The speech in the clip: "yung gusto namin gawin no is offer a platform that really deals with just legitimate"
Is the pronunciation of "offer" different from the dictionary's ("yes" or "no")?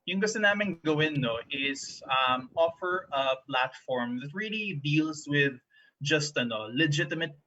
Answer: no